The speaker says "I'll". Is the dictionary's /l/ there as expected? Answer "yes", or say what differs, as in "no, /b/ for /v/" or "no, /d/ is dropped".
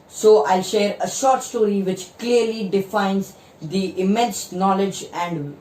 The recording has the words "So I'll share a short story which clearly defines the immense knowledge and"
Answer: yes